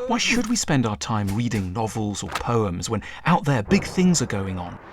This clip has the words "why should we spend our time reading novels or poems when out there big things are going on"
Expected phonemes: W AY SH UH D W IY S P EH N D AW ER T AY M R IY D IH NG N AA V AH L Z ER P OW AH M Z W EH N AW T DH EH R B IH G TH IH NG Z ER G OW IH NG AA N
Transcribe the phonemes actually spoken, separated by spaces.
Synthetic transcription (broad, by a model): W AY SH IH D W IY S P EH N D AW ER T AY M R IY D IH NG N AA V AH L Z ER P OW AH M Z W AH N AW T DH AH R B IH G TH IH NG Z ER G OW IH NG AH N